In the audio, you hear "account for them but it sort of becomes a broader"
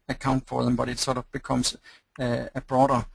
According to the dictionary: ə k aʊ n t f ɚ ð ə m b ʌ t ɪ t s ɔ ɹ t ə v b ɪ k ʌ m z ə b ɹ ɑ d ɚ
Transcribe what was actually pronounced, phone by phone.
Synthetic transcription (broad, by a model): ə k aʊ n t f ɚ ð ə m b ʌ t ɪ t s ɔ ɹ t ə v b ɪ k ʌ m s ə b ɹ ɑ d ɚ